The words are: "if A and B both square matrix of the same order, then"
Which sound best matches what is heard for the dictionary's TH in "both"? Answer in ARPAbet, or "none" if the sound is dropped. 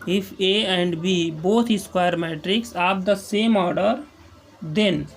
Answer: T